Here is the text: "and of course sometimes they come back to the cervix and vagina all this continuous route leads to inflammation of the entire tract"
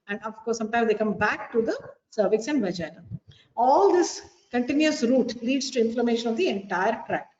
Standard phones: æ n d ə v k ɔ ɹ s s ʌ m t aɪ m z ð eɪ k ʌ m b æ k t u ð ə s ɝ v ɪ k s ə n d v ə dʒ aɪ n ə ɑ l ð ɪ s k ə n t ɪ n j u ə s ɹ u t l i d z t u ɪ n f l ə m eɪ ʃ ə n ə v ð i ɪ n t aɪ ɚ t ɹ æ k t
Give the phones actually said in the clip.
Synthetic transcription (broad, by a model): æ n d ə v k ɔ ɹ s s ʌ m t aɪ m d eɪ k ʌ m b æ k t u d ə s ɝ v ɪ k s ə n d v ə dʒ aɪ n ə ɑ l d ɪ s k ə n t ɪ n j u ə s ɹ u t l i d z t u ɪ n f l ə m eɪ ʃ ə n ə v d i ɪ n t aɪ ɚ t ɹ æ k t